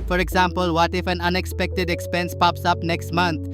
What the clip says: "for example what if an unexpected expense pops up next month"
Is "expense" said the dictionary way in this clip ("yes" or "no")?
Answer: yes